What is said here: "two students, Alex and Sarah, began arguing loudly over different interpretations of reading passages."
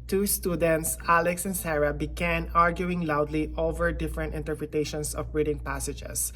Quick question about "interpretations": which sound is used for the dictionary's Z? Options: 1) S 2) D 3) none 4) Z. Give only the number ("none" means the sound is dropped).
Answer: 1